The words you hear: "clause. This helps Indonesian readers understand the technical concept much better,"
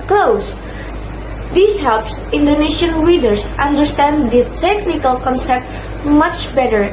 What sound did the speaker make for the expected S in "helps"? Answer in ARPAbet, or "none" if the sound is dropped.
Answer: S